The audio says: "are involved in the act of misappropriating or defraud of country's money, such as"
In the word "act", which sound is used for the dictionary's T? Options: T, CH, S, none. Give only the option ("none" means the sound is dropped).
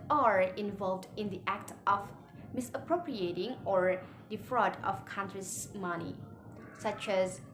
T